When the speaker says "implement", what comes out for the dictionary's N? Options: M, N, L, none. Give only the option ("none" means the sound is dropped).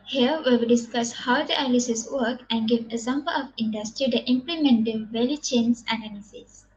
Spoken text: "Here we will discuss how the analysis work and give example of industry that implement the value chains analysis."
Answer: N